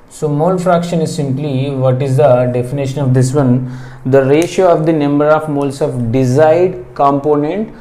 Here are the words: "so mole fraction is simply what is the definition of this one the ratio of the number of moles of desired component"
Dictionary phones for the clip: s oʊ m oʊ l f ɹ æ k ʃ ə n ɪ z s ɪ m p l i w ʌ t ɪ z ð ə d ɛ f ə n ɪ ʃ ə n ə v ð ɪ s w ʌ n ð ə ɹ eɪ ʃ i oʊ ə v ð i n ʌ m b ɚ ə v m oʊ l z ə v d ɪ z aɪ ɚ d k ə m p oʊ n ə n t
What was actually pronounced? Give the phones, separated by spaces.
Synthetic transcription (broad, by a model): s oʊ m oʊ l f ɹ æ k ʃ ə n ɪ z s ɪ m p l i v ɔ t ɪ z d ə d ɛ f ə n ɪ ʃ ə n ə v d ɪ s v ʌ n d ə ɹ eɪ ʃ i oʊ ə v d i n ʌ m b ɚ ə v m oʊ l s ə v d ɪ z aɪ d k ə m p oʊ n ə n t